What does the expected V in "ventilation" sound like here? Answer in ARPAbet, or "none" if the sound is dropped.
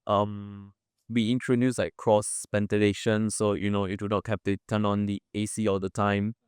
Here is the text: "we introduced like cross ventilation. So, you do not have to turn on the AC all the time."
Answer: P